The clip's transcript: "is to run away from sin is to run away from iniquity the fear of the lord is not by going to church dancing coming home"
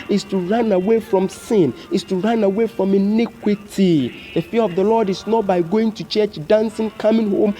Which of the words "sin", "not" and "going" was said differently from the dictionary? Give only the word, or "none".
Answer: none